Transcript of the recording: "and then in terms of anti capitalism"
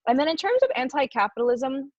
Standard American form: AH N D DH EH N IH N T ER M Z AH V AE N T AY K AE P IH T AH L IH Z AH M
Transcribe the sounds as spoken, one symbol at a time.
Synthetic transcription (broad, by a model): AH N DH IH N IH N T ER M Z AH V AE N T AY K AE P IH T L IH Z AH M